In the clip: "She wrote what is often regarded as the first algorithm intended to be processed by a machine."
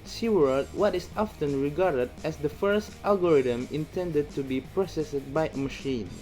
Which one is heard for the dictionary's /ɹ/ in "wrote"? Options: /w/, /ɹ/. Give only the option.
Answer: /w/